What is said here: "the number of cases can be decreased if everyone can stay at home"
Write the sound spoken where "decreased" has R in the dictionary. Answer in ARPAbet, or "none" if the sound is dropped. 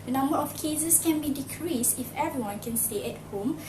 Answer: R